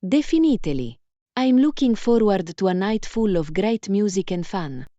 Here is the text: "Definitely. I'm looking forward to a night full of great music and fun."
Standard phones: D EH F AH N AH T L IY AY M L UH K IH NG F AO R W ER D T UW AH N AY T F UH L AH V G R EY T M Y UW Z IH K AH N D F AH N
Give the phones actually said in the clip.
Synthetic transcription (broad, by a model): D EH F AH N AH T L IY AY M L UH K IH NG F AO R W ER D T UW AH N AY T F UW L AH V G R EY T M Y UW Z IH K AH N D F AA N